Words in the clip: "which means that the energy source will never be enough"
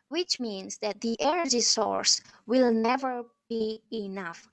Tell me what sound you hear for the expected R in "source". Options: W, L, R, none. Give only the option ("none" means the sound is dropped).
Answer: R